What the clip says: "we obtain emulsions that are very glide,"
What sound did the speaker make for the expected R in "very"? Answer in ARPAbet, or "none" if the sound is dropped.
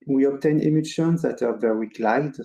W